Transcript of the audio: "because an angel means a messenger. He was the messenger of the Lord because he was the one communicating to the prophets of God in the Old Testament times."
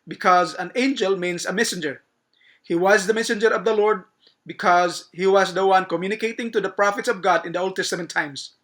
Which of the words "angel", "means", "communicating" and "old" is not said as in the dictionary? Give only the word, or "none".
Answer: means